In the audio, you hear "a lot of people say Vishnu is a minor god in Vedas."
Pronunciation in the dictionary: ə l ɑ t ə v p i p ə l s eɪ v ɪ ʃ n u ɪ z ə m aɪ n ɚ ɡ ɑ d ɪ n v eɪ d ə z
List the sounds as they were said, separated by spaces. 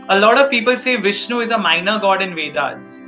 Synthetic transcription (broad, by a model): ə l ɑ t ə v p i p ə l s eɪ v ɪ ʃ n u ɪ z ə m aɪ n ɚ ɡ ɑ d ɪ n v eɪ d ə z